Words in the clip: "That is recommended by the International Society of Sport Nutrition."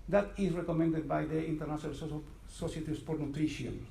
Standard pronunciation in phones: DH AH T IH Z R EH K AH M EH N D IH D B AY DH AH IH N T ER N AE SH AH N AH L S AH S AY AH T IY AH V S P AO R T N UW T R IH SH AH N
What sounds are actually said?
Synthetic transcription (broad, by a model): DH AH T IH S R EH K AH M EH N D IH D B AY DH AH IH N T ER N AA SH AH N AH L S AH S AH S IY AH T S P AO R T N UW T R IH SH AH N